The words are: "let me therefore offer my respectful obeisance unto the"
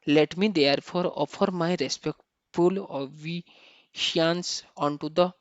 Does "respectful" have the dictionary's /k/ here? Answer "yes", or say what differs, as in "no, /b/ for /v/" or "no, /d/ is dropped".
yes